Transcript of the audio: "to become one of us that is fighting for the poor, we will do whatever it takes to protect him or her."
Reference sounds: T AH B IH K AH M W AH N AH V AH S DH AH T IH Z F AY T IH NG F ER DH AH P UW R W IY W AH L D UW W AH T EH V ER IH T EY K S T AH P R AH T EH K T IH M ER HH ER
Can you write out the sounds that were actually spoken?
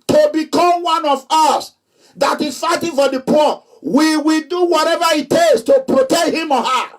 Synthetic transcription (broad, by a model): T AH B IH K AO M W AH N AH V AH S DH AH T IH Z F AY T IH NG F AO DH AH P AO W IY W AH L D UW W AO T EH V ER IH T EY S T AH P R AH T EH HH IH M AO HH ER